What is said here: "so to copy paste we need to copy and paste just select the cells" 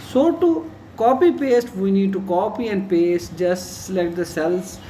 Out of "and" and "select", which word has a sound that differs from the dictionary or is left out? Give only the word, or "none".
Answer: select